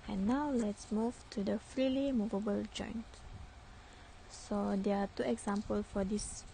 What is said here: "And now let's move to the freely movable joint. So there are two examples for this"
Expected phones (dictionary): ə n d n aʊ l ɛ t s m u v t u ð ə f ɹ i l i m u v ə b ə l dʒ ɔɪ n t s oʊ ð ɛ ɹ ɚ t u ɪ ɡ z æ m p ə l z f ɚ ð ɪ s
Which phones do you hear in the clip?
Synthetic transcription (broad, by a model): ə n n aʊ l ɛ t s m u v t u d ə f ɹ i l i m u v ə b ə l dʒ ɔɪ n t s oʊ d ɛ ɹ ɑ t u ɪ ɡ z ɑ m p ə l f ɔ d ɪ s